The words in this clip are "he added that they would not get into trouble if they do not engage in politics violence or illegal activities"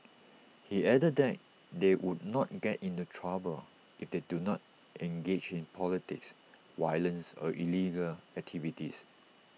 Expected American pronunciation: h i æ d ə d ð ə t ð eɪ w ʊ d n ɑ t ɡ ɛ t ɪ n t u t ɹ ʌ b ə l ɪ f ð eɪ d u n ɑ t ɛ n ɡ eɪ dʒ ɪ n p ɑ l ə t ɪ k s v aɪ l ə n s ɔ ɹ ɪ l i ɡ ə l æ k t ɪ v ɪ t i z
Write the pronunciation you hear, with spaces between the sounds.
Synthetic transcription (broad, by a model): h i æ d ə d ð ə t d eɪ w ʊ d n ɑ t ɡ ɛ t ɪ n t u t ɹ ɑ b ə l ɪ f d eɪ d u n ɑ t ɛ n ɡ eɪ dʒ ɪ n p ɑ l ə t ɪ k s w aɪ l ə n s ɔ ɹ ɪ l i ɡ ə l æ k t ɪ v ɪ t i s